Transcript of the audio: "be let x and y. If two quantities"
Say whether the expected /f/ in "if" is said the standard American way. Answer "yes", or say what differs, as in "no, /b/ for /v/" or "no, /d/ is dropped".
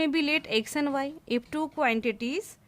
no, /p/ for /f/